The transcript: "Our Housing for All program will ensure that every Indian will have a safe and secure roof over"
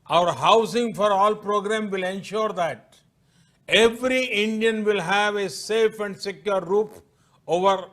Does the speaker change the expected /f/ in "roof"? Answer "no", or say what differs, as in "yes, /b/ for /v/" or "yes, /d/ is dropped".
yes, /p/ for /f/